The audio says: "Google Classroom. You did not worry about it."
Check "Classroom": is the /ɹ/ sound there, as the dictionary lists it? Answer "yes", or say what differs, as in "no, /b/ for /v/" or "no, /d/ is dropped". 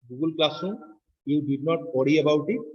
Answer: no, /ɹ/ is dropped